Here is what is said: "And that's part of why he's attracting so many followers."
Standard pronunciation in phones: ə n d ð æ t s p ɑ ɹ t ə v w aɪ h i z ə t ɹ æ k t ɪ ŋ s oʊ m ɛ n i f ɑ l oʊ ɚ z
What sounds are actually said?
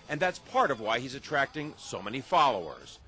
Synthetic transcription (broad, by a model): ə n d ð æ t s p ɑ ɹ t ə v w aɪ h i z ə t ɹ æ k t ɪ ŋ s oʊ m ɛ n i f ɑ l oʊ ɚ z